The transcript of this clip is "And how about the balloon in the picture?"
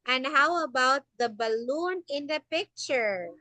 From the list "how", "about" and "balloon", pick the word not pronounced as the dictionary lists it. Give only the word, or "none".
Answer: none